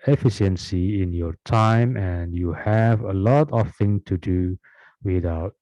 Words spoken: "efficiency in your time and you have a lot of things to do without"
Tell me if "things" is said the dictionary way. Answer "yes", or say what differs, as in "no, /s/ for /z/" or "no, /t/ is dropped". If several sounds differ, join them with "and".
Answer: no, /z/ is dropped